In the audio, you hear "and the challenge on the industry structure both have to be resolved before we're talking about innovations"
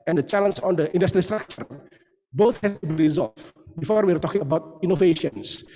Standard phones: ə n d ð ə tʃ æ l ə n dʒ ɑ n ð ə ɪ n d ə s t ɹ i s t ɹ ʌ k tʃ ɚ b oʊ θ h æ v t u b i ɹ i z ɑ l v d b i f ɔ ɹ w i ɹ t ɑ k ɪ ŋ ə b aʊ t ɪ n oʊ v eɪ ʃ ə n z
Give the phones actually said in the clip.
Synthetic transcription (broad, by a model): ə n d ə tʃ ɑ l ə n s ɑ n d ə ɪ n d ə s t ɹ i s t ɹ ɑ k tʃ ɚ b oʊ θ h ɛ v t u b i ɹ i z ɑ l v b i f ɔ ɹ w i ɹ t ɑ k ɪ ŋ ə b aʊ t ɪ n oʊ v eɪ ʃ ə n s